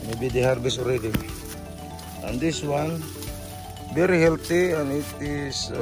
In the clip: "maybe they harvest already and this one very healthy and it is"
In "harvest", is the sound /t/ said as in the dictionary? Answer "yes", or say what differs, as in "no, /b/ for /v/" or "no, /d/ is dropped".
no, /t/ is dropped